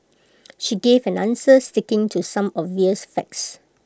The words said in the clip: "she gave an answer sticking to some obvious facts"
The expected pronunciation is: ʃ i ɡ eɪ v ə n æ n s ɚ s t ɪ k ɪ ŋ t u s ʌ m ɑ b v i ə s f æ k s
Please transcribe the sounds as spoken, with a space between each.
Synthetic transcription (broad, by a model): ʃ i ɡ eɪ v ə n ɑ n s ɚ s t ɪ k ɪ ŋ t u s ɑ m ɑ v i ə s f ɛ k s